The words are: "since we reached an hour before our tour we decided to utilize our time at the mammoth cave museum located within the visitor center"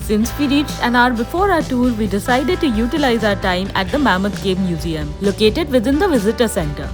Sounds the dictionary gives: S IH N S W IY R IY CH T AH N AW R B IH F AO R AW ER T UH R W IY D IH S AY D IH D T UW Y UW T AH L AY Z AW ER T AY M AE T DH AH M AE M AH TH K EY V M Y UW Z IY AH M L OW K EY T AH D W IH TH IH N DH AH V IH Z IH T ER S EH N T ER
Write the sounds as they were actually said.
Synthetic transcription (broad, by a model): S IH N S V IY R IY CH T AH N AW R B IH F AO R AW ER T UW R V IY D IH S AY D IH D T UW Y UW T AH L AY Z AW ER T AY M AE T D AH M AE M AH T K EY B M Y UW Z IY AH M L OW K EY T AH D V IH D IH N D AH V IH Z IH T ER S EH N T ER